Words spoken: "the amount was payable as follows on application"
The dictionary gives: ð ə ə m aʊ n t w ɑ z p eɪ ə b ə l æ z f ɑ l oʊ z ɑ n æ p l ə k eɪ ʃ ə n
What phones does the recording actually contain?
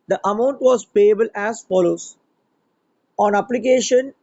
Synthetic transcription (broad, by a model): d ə ə m aʊ n t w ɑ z p eɪ ə b ə l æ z f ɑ l oʊ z ɑ n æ p l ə k eɪ ʃ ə n